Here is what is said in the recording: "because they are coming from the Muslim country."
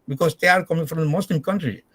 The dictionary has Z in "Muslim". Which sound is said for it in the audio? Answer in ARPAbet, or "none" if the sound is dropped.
S